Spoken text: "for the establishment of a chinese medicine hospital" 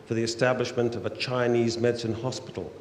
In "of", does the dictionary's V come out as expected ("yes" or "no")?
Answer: yes